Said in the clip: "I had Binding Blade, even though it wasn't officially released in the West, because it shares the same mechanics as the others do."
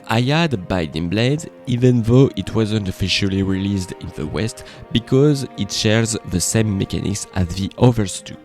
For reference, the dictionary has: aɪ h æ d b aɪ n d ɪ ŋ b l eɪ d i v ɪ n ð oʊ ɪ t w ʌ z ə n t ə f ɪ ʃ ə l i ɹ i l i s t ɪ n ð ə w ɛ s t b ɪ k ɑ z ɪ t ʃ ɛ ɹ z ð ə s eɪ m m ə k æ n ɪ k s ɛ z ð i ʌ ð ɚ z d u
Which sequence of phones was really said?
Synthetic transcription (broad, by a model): aɪ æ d b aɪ d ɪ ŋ b l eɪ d i v ɪ n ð oʊ ɪ t w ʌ z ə n t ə f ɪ ʃ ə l i ɹ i l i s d ɪ n ð ə w ɛ s t b ɪ k ɑ z ɪ t ʃ ɛ ɹ z ð ə s eɪ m m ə k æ n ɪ k s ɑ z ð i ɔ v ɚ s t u